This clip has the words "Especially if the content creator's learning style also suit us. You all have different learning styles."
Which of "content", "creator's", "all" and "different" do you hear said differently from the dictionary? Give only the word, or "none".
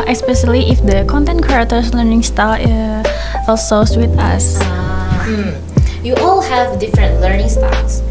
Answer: creator's